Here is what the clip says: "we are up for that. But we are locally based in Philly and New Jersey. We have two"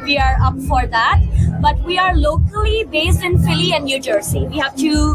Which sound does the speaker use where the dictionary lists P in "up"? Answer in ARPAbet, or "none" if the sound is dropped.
P